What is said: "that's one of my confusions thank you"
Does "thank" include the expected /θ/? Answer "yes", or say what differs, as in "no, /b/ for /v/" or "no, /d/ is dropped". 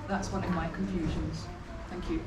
yes